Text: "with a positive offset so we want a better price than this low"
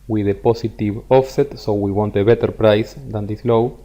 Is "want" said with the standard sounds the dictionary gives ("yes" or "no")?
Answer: yes